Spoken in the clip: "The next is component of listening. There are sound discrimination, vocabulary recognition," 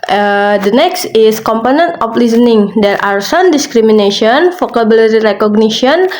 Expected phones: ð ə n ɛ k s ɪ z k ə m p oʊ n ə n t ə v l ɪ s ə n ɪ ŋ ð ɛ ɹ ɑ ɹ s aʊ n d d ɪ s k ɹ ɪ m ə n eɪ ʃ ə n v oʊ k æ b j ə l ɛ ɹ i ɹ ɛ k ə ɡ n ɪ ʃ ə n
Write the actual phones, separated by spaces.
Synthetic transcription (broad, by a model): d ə n ɛ k s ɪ s k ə m p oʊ n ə n t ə f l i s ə n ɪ ŋ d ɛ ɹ ɑ ɹ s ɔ n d d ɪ s k ɹ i m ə n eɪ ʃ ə n f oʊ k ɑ b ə l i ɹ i ɹ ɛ k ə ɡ n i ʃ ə n